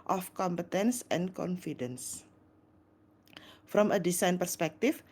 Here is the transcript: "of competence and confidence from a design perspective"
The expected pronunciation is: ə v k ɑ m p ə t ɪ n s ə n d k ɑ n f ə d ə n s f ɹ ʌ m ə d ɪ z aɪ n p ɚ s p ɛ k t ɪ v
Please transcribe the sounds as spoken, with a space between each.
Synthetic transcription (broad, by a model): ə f k ɑ m p ə t ɪ n s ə n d k ɑ n f ə d ə n s f ɹ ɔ m ə d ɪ s aɪ n p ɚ s p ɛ k t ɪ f